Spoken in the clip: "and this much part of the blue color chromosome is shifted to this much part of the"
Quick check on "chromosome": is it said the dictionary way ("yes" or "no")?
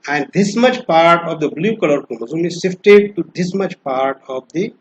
no